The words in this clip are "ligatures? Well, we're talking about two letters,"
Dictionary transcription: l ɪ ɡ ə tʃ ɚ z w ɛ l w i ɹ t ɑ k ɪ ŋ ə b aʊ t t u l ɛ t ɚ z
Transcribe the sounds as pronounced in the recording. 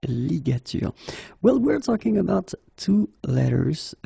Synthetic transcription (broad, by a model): l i ɡ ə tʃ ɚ w ɛ l w i ɹ t ɑ k ɪ ŋ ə b aʊ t t u l ɛ t ɚ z